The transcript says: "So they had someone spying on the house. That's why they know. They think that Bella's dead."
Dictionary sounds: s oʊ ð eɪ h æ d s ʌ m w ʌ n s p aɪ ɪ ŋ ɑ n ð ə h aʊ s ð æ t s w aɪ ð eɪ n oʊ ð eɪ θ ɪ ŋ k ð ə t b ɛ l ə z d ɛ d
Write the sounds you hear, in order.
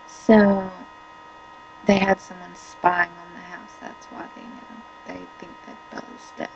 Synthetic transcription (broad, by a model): s oʊ ð eɪ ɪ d s ʌ m w ʌ n s p aɪ ɪ ŋ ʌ n ð ə h aʊ s ð æ t s w aɪ ð eɪ n oʊ ð eɪ θ ɪ ŋ k ð ə t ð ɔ ə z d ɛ